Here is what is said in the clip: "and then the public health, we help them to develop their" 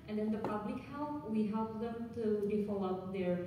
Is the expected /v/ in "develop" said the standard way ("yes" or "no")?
no